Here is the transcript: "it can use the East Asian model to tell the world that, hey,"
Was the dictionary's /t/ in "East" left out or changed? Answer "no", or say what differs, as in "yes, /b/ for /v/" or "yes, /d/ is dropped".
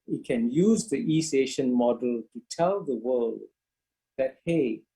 yes, /t/ is dropped